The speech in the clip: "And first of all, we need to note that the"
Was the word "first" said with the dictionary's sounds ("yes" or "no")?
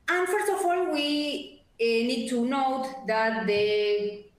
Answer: yes